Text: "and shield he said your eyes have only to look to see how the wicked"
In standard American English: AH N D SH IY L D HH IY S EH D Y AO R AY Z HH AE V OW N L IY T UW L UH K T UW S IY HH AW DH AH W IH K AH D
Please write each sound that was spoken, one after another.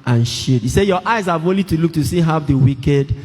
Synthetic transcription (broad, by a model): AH N SH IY D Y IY S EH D Y AO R AY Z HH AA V OW N L IY T UW L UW K T UW S IY HH AW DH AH W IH K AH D